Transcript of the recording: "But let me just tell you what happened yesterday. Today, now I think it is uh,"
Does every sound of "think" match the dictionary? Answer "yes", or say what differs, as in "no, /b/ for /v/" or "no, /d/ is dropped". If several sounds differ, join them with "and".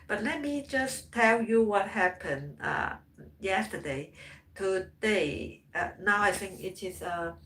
yes